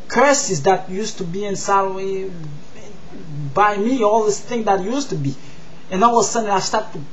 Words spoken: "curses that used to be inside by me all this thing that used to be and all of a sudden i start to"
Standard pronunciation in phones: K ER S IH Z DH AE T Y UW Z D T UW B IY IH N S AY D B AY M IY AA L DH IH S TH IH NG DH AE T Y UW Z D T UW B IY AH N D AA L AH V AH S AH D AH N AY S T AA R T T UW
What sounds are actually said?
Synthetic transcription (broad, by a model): K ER S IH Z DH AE T Y UW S T UW B IY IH N S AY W B AY M IY AA L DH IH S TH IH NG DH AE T Y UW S T UW B IY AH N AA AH W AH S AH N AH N AY S T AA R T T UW